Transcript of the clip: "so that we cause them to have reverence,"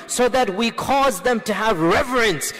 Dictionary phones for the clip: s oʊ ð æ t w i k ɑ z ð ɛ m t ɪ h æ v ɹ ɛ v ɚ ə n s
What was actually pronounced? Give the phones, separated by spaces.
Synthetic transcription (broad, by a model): s oʊ ð æ t w i k ɑ z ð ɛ m t ɪ h æ v ɹ ɛ v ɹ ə n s